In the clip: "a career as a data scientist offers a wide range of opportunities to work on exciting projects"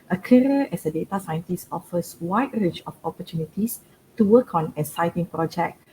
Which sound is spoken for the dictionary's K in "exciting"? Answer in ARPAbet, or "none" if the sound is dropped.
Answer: none